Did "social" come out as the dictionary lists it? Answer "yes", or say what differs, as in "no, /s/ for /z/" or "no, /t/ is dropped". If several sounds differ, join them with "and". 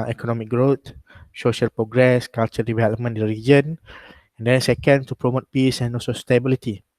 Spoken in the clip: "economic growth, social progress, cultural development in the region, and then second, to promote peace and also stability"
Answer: yes